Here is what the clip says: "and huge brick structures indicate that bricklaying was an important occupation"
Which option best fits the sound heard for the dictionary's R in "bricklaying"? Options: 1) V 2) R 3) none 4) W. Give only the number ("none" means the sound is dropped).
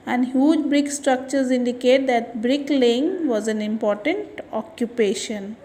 2